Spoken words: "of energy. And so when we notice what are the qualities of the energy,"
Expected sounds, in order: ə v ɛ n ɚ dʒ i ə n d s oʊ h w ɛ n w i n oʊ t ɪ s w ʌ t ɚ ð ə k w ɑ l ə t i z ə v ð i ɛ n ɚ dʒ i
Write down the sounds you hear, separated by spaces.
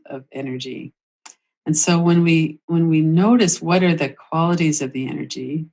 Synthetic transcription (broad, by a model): ə v ɛ n ɚ dʒ i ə n s oʊ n w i n w i n oʊ t ɪ s w ʌ t ɚ ð ə k w ɑ l ə t i z ə v ð i ɛ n ɚ dʒ i